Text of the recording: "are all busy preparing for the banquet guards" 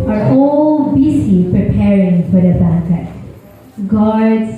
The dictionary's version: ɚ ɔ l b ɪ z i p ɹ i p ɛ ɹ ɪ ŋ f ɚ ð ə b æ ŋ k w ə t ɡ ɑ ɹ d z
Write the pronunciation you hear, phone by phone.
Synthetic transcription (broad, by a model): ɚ ɔ l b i s i p ɹ i p ɛ ɹ ɪ ŋ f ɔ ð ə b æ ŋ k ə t ɡ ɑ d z